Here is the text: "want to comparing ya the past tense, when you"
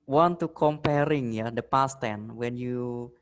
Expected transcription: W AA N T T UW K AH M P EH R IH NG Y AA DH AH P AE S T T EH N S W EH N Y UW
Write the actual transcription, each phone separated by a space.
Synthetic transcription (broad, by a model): W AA N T T UW K AH M P EH R IH NG Y AA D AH P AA S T T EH N W EH N Y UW